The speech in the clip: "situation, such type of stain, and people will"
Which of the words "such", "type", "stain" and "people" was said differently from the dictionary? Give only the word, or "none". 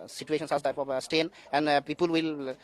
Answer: such